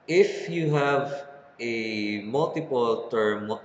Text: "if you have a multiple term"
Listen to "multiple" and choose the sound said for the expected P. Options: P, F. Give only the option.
P